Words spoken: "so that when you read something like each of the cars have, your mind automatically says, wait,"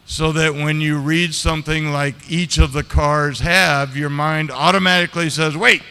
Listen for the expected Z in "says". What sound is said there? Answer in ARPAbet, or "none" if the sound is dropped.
Z